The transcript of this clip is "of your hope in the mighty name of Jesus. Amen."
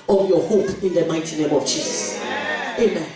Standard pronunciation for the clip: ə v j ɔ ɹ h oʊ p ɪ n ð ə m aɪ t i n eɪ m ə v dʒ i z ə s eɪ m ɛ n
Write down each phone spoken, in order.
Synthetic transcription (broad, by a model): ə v j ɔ h oʊ p ɪ n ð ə m aɪ t i n eɪ m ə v dʒ i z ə s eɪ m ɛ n